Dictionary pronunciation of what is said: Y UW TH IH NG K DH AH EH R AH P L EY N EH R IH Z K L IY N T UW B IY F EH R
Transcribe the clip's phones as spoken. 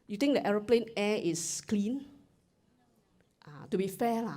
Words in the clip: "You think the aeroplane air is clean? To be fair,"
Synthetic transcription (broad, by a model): Y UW T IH NG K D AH EH R AH P L EY N EH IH S K L IY N T UW B IY F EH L